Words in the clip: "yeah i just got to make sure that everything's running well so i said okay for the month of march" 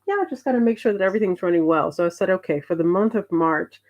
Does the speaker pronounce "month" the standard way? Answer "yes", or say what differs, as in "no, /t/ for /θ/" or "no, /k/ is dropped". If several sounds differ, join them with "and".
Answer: yes